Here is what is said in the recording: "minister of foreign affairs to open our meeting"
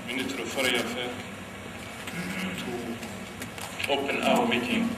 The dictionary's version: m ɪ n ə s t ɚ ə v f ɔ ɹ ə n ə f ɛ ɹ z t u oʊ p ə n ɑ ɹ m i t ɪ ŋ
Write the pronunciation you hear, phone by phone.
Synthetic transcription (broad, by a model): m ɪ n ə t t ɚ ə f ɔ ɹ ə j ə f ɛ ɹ t u oʊ p ə n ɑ w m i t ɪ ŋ